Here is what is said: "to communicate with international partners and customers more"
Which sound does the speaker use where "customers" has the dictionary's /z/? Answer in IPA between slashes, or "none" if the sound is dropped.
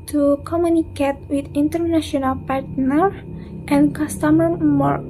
none